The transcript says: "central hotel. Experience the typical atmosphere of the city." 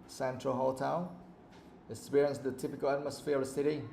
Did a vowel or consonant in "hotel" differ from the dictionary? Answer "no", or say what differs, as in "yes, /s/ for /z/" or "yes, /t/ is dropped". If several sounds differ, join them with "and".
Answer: yes, /n/ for /l/